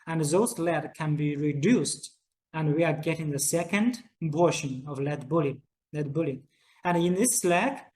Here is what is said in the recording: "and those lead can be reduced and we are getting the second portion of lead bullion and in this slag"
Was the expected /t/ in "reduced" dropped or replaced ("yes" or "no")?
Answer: no